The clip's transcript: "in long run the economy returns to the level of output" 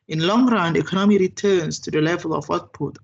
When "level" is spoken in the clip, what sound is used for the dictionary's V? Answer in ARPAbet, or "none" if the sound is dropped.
V